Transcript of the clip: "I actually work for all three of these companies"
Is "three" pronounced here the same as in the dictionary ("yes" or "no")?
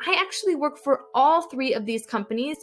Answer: yes